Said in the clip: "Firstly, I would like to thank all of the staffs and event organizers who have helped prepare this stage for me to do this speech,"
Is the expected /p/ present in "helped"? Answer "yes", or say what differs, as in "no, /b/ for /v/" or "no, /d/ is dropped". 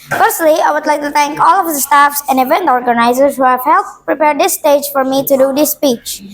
no, /p/ is dropped